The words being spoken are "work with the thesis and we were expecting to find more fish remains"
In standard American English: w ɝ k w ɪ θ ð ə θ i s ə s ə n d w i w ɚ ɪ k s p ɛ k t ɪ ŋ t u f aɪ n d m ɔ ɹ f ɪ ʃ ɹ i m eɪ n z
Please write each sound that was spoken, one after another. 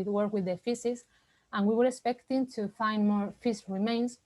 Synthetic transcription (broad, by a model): w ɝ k w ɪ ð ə f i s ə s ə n w i w ɚ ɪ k s p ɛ k t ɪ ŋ t u f aɪ n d m ɔ ɹ f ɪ s ɹ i m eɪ n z